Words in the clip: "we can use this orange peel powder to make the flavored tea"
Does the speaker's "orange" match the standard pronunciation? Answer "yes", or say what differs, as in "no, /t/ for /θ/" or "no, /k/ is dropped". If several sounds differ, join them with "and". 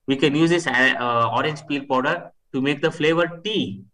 yes